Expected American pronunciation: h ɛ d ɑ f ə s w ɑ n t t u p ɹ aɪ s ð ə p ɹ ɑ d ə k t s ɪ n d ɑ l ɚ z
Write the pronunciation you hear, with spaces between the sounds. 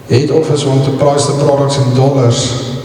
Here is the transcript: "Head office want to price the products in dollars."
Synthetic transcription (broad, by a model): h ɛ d ɑ f ə s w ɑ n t t u p ɹ aɪ s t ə p ɹ ɑ d ə k t s ɪ n d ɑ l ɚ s